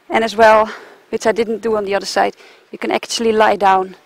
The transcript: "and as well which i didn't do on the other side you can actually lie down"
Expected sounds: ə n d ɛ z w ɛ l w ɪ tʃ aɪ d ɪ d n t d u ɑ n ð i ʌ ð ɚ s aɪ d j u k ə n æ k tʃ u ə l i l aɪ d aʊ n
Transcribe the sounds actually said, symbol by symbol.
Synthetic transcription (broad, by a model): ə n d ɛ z w ɛ l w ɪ s aɪ d ɪ d n t d u ɑ n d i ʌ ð ɚ s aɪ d j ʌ k ə n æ k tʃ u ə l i l aɪ d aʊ n